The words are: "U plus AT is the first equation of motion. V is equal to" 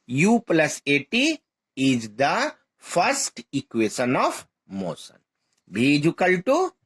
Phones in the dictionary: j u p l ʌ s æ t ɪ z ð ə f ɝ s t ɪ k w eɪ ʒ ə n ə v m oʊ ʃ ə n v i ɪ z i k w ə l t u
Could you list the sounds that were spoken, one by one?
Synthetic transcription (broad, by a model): j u p l ʌ s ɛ t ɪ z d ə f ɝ s t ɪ k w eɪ ʃ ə n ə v m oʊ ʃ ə n b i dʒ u k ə l t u